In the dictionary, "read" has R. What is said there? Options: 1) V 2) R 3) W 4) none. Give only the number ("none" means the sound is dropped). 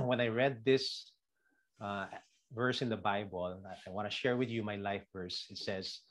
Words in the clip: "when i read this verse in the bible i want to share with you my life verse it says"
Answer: 2